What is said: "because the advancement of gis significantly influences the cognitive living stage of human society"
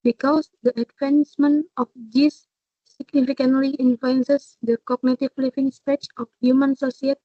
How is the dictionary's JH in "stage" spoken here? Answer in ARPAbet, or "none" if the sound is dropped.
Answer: CH